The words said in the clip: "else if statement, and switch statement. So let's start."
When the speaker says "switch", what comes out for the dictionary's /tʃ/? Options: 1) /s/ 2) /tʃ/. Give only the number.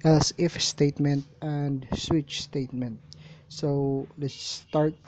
2